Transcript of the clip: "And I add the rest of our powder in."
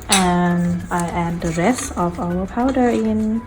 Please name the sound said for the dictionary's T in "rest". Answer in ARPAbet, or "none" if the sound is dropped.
none